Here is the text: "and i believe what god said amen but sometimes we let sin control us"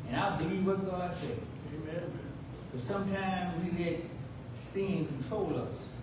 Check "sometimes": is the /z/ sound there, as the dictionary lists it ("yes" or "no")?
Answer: yes